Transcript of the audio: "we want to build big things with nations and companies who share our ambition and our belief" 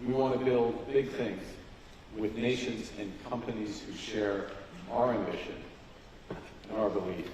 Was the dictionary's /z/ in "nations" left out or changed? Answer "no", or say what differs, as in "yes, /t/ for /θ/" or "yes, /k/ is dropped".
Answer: no